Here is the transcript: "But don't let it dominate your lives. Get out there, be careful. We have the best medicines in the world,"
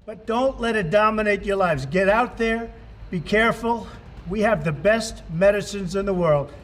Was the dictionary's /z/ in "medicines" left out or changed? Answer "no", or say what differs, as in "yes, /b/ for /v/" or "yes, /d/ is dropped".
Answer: no